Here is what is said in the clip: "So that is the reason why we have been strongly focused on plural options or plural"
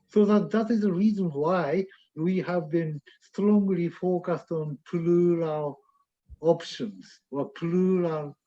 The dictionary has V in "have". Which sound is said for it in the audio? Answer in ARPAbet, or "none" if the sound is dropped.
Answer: V